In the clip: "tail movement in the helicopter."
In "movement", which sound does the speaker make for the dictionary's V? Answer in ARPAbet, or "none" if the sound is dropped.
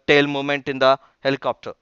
none